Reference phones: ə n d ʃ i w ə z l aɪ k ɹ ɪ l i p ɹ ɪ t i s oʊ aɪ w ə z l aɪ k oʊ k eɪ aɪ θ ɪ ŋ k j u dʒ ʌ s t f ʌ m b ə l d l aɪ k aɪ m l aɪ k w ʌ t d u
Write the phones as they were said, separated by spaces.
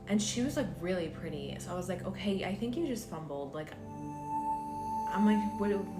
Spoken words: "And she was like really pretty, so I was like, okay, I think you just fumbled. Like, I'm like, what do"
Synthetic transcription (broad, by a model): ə n ʃ i w ə z l aɪ k ɹ ɪ l i p ɹ ɪ t i s oʊ aɪ w ə z l aɪ k oʊ k eɪ aɪ θ ɪ ŋ k j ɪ dʒ ʌ s t f ʌ m b l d l aɪ k aɪ m l aɪ k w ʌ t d